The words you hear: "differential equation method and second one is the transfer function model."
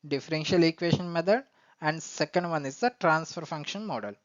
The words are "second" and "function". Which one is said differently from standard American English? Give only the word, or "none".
none